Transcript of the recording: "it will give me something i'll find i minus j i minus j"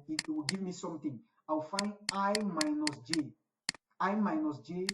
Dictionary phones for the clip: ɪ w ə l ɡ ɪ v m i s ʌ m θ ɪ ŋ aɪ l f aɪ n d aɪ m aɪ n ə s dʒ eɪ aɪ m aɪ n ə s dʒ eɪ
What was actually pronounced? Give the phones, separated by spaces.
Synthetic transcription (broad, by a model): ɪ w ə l ɡ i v m i s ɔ m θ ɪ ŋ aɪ w f aɪ n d aɪ m aɪ n ə s dʒ eɪ aɪ m aɪ n ə s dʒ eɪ